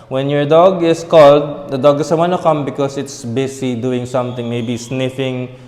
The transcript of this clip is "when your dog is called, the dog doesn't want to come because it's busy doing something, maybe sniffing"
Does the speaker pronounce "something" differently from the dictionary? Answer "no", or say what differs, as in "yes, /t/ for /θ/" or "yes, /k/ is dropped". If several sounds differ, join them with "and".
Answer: yes, /t/ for /θ/